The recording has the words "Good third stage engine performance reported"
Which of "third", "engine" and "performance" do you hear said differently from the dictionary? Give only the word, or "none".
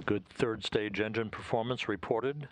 none